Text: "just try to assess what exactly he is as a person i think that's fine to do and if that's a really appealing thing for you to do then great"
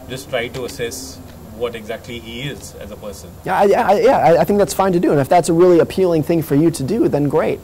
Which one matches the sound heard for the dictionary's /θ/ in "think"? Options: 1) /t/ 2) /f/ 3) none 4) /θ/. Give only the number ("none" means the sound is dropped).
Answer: 4